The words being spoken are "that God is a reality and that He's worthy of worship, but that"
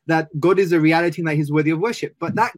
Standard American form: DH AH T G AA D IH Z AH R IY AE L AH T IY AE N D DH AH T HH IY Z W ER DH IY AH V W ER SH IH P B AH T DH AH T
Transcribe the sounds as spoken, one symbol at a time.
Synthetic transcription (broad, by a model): DH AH T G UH D IH Z AH R IY AE L AH T IY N DH AH T HH IY Z W ER DH IY AH V W ER SH IH P B AH T DH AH T